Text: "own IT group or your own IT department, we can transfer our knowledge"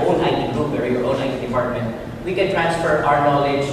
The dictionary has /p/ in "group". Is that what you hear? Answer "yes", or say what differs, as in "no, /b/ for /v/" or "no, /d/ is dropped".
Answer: no, /b/ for /p/